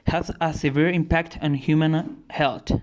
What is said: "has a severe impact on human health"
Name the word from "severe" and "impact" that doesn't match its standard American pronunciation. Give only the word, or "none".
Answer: none